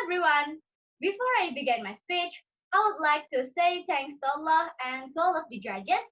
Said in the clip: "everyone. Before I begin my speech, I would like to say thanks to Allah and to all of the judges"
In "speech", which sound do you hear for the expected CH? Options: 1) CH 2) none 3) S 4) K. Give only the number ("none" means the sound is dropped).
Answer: 1